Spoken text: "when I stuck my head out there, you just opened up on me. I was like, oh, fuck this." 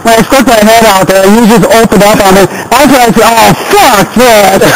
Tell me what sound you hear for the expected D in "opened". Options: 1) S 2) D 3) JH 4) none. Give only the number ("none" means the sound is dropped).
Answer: 2